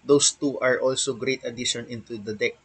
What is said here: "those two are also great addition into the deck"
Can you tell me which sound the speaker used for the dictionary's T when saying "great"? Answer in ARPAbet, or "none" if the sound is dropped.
T